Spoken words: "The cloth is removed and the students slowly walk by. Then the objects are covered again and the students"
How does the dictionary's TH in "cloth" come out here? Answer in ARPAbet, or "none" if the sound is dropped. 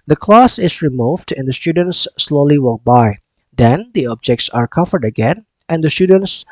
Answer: S